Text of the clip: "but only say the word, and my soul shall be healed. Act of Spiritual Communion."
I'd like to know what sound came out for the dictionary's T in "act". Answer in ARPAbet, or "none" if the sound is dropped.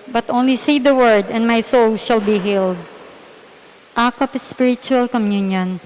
none